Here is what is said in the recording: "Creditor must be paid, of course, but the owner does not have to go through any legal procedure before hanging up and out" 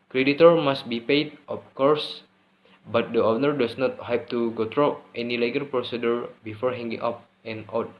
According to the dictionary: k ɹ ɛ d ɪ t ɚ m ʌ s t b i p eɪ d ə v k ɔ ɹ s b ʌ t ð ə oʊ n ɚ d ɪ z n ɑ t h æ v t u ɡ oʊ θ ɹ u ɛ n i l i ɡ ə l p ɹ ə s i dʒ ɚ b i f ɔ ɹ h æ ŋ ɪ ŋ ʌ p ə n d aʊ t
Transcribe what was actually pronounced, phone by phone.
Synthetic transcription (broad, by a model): k ɹ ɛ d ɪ t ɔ m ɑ s t b i p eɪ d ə f k ɔ ɹ s b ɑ t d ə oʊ n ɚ d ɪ s n ɑ t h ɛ p t u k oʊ t ɹ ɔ ɛ n i l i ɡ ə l p ɹ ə s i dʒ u b i f ɔ ɹ h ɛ ŋ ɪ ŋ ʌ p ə n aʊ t